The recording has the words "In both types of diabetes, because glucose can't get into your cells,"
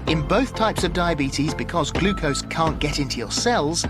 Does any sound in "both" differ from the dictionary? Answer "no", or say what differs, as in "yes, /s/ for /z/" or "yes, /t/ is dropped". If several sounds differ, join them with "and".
no